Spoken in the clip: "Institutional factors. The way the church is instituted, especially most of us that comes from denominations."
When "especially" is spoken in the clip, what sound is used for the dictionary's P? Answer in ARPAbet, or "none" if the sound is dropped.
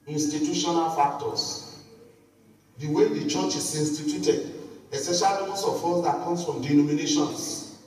none